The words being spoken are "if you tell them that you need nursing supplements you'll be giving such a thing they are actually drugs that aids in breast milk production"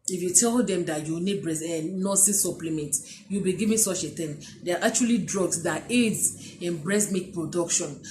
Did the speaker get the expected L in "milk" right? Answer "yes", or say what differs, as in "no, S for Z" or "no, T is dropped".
no, L is dropped